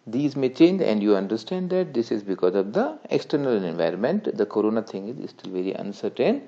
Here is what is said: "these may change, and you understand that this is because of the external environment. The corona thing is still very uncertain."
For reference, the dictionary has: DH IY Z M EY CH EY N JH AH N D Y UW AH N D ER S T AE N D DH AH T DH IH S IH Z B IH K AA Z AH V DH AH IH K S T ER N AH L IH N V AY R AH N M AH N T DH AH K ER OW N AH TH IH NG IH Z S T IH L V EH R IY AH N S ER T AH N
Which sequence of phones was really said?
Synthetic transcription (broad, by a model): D IY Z M EY CH EY N JH AH N D Y UW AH N D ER S T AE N D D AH T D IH S IH Z B IH K AA Z AH V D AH IH K S T ER N AH L IH N V AY R AH N M AH N T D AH K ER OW N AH T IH NG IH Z S T IH L V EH R IY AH N S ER T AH N